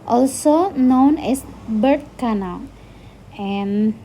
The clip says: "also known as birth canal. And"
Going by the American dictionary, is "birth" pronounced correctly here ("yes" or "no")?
no